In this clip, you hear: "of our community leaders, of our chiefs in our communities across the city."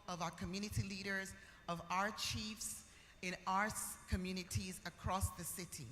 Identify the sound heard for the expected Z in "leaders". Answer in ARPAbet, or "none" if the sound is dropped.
Z